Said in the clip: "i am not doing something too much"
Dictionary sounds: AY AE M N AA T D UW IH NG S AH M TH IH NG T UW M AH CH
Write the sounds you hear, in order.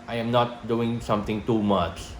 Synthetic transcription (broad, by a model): AY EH M N AA T D UW IH NG S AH M T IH NG T UW M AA CH